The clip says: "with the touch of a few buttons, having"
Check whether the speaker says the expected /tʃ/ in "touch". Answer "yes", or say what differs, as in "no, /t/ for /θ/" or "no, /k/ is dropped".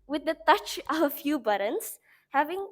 yes